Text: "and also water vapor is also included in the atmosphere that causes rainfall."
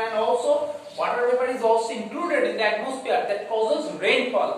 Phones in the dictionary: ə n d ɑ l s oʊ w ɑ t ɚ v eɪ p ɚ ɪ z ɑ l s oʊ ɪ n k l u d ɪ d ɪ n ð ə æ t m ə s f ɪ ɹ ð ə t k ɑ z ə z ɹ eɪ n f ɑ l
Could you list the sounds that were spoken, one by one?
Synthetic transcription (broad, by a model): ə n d ɑ l s oʊ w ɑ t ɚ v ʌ b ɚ ɪ z ɑ l s oʊ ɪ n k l u d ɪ d ɪ n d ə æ t m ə s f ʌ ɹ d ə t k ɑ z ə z ɹ eɪ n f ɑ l